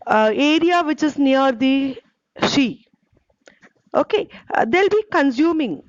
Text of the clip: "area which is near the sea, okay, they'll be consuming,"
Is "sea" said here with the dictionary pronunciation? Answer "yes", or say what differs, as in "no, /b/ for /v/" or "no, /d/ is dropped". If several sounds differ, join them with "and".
no, /ʃ/ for /s/